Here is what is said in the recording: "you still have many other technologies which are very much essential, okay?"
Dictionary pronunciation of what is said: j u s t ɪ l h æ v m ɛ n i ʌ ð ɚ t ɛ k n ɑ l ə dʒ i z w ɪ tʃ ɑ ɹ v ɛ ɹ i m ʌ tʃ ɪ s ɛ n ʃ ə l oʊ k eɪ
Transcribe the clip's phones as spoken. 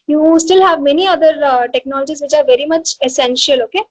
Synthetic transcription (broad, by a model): j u s t ɪ l h æ v m ɛ n i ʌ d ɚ t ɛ k n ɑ l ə dʒ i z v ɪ tʃ ɑ ɹ v ɛ ɹ i m ʌ tʃ ɪ s ɛ n ʃ ə l oʊ k eɪ